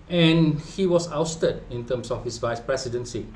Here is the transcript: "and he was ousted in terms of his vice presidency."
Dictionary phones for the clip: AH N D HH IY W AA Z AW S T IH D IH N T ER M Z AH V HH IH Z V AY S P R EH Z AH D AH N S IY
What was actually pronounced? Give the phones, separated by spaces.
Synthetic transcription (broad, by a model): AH N HH IY W AA S AW S T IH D IH N T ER M S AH F HH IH S V AY S P R EH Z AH D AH N S IY